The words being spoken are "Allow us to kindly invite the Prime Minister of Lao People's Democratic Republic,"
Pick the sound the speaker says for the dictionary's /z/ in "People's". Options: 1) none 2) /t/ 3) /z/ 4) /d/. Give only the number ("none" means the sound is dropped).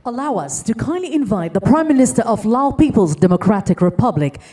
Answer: 3